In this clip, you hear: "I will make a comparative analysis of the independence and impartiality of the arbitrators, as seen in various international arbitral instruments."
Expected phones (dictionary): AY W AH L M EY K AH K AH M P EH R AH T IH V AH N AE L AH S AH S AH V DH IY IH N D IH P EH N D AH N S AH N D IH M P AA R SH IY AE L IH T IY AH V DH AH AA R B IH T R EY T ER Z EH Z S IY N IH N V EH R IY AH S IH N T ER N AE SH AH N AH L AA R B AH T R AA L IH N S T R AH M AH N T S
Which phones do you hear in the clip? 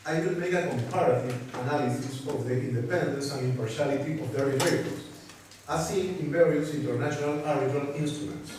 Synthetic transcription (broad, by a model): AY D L M EY K AH K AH M P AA R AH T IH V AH N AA L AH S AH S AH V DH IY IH N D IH P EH N D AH N S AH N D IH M P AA R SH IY L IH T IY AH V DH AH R IH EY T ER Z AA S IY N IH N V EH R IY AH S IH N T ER N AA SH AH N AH L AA R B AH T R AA L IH N S T R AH M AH N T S